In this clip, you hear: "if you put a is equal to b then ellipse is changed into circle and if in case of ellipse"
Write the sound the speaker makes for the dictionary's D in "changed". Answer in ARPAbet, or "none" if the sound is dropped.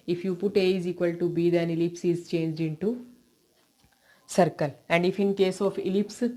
D